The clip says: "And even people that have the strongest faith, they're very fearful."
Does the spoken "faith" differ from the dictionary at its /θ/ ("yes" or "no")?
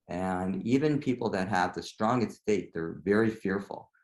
yes